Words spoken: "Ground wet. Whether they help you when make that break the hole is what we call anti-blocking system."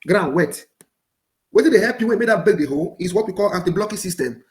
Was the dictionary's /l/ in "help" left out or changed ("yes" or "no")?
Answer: yes